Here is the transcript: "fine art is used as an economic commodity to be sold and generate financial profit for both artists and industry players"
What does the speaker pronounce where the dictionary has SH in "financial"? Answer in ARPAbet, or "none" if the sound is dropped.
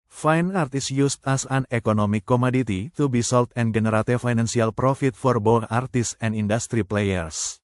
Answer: S